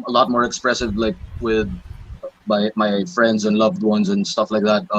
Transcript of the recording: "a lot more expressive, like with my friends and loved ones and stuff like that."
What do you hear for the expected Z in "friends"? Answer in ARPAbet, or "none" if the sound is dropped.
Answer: Z